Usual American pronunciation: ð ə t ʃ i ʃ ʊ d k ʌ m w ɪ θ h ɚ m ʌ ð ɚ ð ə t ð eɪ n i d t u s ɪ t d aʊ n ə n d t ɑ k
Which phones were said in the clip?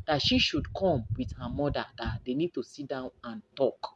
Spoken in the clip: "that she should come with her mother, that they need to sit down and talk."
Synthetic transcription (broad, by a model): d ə t ʃ i ʃ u d k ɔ m w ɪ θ h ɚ m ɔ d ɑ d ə t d eɪ n i d t u s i t d aʊ n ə n t ɑ k